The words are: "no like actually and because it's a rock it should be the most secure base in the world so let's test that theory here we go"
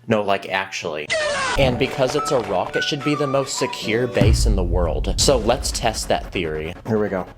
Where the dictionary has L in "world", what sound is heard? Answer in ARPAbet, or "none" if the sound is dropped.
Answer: L